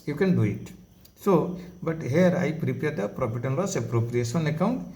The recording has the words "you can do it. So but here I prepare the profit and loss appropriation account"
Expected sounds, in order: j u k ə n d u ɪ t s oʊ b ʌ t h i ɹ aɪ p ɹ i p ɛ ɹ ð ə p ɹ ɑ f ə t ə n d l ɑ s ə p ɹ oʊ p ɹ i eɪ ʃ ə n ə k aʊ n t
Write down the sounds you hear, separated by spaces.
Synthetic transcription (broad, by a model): j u k ə n d u ɪ t s oʊ b ʌ t h i ɹ aɪ p ɹ i p ɛ ɹ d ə p ɹ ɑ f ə t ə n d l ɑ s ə p ɹ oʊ p ɹ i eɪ s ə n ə k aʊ n t